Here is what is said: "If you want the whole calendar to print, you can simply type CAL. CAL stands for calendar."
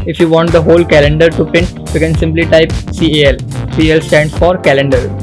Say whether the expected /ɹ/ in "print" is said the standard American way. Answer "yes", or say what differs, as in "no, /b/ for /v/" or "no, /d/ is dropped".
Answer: no, /ɹ/ is dropped